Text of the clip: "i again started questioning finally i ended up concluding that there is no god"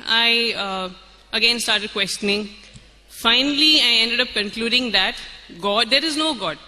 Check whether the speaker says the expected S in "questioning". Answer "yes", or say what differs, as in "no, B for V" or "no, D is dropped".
yes